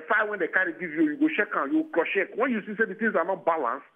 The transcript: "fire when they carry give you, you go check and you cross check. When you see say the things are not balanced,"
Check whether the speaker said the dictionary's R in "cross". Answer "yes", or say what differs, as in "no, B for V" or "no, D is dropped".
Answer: no, L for R